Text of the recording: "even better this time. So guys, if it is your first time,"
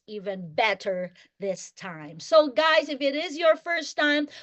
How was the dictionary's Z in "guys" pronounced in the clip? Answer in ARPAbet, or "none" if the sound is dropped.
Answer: Z